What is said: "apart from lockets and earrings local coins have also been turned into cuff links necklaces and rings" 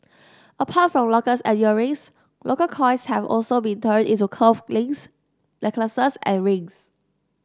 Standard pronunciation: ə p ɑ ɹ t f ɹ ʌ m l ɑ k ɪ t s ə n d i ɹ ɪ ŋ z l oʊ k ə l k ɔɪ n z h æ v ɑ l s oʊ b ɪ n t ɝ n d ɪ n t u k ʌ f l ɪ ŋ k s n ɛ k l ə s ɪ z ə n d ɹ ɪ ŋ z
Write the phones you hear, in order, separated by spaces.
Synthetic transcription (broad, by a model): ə p ɑ t f ɹ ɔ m l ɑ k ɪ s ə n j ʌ ɹ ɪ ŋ s l oʊ k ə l k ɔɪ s h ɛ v ɑ l s oʊ b ɪ n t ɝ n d ɪ n t u k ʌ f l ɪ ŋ s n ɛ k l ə s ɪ s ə n ɹ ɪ ŋ s